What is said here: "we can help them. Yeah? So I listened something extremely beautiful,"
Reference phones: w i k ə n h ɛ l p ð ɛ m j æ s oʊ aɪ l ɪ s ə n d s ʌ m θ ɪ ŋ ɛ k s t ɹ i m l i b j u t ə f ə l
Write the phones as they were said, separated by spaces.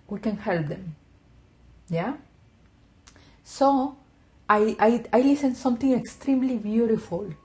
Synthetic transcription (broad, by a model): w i k ə n h ɛ l p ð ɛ m j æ s oʊ aɪ l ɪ s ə n s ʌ m t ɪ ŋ ɛ k s t ɹ i m l i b j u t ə f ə l